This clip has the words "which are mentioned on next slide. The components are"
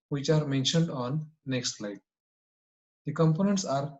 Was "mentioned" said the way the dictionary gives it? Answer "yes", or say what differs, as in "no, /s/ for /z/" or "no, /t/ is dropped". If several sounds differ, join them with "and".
yes